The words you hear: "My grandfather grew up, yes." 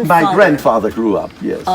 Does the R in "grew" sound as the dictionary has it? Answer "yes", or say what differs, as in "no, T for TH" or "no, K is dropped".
yes